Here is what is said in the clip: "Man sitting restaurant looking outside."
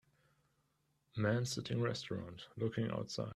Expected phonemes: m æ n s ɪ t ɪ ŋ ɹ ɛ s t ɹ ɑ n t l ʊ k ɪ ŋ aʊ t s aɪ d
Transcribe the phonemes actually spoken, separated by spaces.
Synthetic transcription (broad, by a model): m æ n s ɪ t ɪ ŋ ɹ ɛ s t ɹ ɑ n t l ʊ k ɪ ŋ aʊ t s aɪ